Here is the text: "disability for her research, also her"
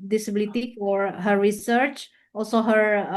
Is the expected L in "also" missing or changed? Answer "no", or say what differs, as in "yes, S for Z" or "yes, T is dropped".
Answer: no